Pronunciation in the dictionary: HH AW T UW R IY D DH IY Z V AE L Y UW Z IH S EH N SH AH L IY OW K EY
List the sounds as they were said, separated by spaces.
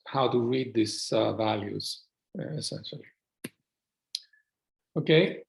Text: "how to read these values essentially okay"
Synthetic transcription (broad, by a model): HH AW T UW R IY D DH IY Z V AE L Y UW Z IH S EH N SH AH L IY OW K EY